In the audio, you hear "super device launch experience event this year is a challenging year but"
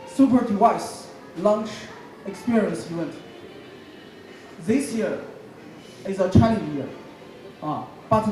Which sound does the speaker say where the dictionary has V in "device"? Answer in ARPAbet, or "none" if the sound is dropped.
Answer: none